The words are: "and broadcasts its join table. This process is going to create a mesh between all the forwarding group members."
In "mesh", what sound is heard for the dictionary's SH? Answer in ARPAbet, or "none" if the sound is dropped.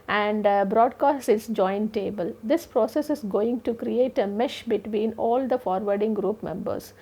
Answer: SH